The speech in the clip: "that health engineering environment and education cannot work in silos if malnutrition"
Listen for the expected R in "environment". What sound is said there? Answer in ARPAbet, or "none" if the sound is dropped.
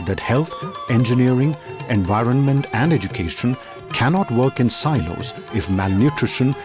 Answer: R